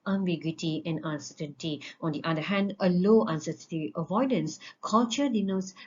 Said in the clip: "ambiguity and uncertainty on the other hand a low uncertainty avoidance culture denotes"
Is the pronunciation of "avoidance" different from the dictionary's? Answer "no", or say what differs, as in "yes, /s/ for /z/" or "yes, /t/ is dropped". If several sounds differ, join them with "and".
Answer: no